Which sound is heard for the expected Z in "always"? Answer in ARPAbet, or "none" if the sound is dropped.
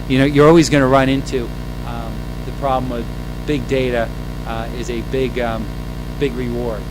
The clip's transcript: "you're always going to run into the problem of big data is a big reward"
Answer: Z